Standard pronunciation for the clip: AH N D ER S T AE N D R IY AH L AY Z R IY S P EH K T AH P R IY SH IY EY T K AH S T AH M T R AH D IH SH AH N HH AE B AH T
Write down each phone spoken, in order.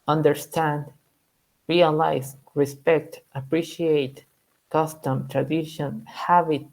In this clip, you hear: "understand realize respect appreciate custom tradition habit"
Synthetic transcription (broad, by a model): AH N D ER S T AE N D R IY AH L AY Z R IY S P EH K T AH P R IY SH IY EY T K AH S T AH M T R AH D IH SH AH N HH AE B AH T